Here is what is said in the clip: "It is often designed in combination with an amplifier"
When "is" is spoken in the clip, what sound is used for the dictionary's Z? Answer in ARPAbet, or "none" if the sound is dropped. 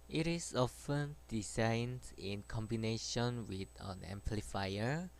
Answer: S